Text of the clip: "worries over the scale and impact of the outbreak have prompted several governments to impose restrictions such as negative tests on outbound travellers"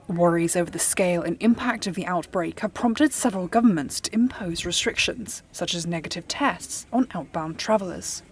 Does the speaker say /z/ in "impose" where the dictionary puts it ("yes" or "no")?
yes